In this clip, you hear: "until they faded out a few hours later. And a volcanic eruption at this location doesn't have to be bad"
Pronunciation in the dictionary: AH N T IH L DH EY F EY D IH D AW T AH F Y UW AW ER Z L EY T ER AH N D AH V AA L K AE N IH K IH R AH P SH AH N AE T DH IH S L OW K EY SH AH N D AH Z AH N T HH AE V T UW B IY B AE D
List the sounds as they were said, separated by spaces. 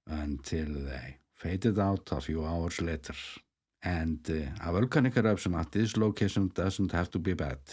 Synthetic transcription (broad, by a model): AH N T IH L DH EY F EY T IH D AW T AH F Y UW AW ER S L EY T ER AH N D AH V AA L K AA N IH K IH R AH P S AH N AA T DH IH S L OW K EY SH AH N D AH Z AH N T HH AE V T UW B IY B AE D